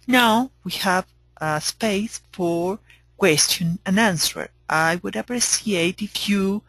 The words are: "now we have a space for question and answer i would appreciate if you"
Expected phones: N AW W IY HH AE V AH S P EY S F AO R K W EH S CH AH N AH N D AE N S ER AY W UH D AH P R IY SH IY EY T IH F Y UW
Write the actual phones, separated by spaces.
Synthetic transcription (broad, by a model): N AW W IY HH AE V AH S P EY S F AO R K W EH S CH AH N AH N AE N S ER AY W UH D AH P R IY S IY EY T IH F Y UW